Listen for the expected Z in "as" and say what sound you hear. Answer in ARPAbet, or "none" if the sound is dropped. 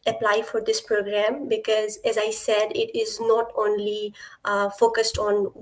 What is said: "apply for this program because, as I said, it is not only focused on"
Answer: Z